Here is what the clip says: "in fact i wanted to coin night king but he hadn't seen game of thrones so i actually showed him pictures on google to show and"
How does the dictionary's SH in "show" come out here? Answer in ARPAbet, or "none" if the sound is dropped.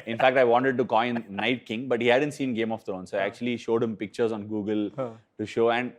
SH